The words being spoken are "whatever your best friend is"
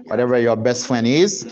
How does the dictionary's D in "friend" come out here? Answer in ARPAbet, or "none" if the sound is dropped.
none